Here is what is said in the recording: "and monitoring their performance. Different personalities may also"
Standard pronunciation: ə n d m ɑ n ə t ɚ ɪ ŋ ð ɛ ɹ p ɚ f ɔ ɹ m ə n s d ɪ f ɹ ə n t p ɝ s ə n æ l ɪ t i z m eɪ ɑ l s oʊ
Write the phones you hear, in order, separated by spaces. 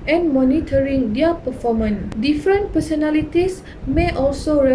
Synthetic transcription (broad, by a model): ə n m ɑ n ə t ɚ ɪ ŋ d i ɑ p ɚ f ɔ m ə n d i f ɹ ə n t p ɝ s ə n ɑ l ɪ t i s m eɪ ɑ l s oʊ